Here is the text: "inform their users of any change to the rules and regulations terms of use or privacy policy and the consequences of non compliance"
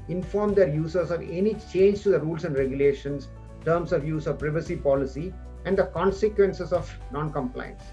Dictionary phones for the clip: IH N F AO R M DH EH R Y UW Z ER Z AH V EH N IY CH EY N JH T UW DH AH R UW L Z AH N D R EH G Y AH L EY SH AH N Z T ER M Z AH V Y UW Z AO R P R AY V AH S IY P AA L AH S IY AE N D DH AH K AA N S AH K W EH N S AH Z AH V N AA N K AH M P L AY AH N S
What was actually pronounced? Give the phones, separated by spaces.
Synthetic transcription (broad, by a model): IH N F AO R M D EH R Y UW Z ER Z AH V EH N IY CH EY N JH T UW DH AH R UW L S AH N D R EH G Y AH L EY SH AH N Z T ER M S AH V Y UW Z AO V P R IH V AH S IY P AA L AH S IY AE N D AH K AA N S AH K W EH N S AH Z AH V N AA N K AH M P L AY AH N S